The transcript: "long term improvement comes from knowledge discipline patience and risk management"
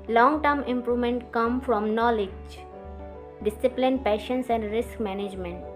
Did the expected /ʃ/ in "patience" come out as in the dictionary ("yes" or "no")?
yes